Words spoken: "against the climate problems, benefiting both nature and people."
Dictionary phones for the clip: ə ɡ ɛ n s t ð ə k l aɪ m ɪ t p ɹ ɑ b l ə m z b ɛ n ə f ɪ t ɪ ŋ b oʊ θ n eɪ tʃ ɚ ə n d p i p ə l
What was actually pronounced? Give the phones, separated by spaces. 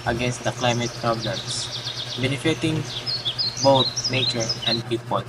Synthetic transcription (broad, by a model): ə ɡ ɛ n s t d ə k l aɪ m ɪ t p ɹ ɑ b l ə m s b ɛ n ə f ɪ t ɪ ŋ b oʊ t n eɪ tʃ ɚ ə n d p i p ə l